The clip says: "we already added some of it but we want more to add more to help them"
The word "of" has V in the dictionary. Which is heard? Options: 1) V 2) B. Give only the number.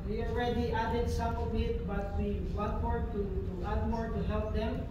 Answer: 2